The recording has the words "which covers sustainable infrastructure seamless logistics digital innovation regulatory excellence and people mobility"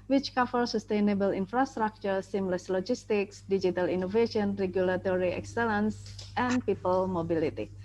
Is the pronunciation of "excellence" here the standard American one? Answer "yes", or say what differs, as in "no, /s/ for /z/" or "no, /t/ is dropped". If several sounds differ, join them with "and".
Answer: yes